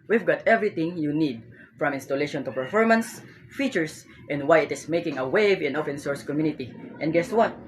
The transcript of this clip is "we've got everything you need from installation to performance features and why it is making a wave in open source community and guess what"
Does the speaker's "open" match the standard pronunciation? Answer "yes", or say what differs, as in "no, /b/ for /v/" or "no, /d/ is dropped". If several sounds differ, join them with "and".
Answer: no, /f/ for /p/